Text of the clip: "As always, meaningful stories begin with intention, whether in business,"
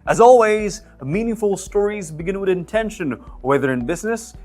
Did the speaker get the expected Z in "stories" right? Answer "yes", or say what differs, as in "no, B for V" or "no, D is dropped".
yes